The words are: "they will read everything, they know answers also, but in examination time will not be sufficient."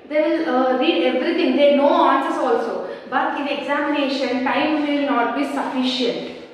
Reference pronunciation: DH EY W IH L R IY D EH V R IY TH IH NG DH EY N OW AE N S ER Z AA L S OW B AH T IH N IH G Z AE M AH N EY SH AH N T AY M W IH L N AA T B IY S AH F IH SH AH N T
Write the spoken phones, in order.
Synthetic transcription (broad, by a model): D EY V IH L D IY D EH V R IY T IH NG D EY N OW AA N S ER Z AA L S OW B AH T IH N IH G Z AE M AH N EY SH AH N T AY M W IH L N AA T B IY S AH F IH SH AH N T